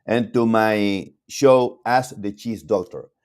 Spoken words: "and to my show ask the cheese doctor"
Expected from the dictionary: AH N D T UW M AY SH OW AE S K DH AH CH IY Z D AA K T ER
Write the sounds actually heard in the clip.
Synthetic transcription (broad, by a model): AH N T UW M AY SH OW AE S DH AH CH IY S D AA K T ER